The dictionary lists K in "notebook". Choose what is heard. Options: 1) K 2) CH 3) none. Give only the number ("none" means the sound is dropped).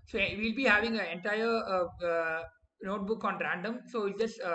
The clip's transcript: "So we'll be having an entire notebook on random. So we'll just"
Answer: 1